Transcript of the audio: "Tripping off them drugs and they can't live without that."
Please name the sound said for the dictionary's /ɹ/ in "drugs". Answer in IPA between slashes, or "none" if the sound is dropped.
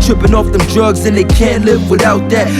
/ɹ/